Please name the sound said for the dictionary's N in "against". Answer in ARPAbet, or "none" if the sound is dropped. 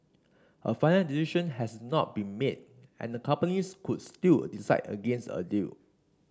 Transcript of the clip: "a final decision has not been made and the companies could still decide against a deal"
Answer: N